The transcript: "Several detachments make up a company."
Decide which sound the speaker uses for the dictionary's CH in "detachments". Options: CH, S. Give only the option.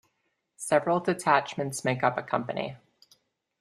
CH